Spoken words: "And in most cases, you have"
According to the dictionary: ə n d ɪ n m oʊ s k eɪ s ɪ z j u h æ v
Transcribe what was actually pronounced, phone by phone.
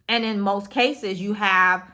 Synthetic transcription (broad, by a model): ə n ɪ n m oʊ s k eɪ s ɪ z j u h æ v